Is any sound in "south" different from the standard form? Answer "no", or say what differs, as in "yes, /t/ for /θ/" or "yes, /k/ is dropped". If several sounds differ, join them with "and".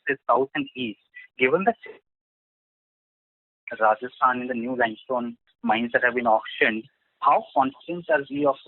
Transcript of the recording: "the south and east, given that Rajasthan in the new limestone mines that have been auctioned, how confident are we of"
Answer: yes, /t/ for /θ/